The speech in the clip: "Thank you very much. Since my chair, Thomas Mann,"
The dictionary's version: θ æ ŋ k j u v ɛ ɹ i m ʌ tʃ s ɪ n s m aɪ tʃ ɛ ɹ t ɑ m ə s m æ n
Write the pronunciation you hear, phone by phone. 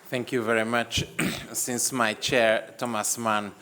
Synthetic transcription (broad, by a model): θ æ ŋ k j u v ɛ ɹ i m ʌ tʃ s ɪ n s m aɪ tʃ ɛ ɹ t ɑ m ə s m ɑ n